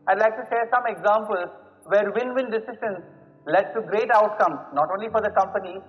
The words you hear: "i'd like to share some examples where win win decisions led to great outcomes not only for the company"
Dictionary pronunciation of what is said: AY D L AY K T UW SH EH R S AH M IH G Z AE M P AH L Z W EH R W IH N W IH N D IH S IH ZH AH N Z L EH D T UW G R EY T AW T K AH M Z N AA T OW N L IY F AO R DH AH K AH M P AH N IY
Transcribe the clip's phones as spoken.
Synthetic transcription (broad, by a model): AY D L AY K T UW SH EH S AH M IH G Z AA M P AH L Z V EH R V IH N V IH N D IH S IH SH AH N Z L EH D T UW G R EY T AW T K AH M N AA T OW N L IY F AO R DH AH K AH M P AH N IY